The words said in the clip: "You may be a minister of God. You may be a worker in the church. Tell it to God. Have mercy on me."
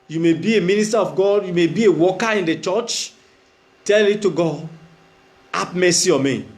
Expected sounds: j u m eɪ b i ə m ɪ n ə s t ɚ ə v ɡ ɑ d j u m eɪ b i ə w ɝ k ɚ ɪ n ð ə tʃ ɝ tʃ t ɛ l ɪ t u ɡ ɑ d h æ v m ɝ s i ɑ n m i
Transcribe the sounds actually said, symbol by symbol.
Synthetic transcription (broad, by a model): j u m eɪ b i ə m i n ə s t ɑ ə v ɡ ɑ d j u m eɪ b i ə w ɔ k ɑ ɪ n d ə tʃ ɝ tʃ t ɛ l ɪ t u ɡ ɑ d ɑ p m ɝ s i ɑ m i